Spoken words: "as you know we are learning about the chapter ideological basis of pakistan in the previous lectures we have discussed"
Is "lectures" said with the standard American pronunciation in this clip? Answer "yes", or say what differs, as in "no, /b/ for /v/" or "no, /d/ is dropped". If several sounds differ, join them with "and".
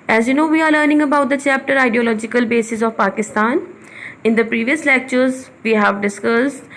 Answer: yes